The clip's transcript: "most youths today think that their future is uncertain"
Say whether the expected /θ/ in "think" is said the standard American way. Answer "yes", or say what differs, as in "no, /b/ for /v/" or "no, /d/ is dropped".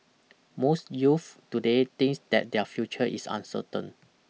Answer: no, /t/ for /θ/